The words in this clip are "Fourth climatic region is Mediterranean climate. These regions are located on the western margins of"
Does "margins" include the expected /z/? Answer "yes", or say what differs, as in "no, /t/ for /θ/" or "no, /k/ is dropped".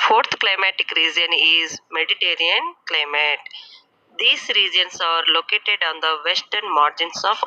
no, /s/ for /z/